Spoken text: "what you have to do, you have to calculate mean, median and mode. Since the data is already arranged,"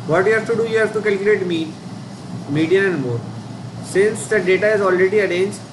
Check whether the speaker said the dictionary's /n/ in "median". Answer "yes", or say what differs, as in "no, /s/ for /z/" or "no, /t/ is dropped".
no, /n/ is dropped